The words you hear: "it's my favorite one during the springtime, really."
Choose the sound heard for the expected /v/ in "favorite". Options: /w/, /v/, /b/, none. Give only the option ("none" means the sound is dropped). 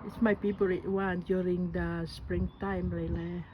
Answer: /b/